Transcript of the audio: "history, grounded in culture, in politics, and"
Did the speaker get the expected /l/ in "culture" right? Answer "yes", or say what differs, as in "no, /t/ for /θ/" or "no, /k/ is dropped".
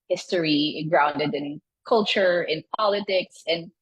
yes